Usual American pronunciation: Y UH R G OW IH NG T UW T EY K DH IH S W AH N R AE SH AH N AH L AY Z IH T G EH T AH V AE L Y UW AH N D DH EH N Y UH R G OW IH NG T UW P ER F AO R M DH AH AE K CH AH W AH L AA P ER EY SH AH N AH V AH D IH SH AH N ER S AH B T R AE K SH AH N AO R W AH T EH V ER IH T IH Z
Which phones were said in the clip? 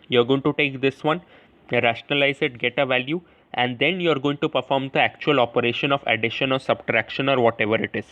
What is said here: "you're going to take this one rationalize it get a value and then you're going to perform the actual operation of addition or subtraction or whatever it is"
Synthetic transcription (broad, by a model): Y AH R G OW IH NG T UW T EY K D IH S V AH N R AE SH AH N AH L AY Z IH T G EH T AH V AE L Y UW AH N D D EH N Y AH R G OW IH NG T UW P ER F AO R M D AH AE K CH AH AH L AA P ER EY SH AH N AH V AH D IH SH AH N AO S AH B T R AE K SH AH N AO R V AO T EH V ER IH T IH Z